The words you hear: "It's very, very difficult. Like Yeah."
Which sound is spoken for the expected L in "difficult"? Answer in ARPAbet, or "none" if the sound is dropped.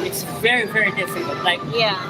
N